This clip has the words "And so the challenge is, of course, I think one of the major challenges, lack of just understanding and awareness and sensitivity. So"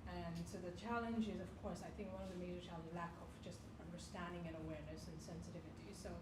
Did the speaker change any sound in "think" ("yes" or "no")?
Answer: no